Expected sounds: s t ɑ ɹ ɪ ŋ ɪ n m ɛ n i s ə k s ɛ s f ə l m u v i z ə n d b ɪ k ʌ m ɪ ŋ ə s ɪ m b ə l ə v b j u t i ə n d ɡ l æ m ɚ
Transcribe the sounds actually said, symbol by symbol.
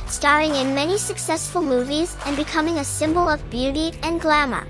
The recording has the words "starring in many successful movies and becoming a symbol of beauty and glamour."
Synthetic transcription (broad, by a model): s t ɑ ɹ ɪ ŋ ɪ n m ɛ n i s ə k s ɛ s f ə l m u v i z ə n b ɪ k ʌ m ɪ ŋ ə s ɪ m b ə l ə v b j u t i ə n ɡ l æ m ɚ